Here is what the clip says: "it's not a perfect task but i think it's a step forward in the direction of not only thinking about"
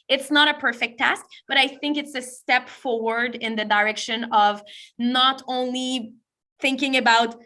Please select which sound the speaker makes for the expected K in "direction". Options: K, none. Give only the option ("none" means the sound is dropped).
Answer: K